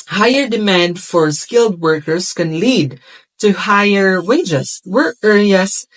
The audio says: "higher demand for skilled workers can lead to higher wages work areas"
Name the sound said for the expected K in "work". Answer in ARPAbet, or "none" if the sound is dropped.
none